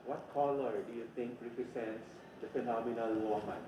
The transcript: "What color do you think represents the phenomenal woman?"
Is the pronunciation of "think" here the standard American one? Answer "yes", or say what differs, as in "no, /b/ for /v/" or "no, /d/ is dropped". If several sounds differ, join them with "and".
no, /t/ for /θ/